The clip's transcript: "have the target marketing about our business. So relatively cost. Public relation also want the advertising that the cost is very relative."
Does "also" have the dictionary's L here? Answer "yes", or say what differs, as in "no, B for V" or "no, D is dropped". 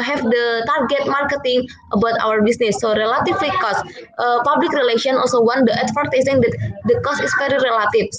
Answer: yes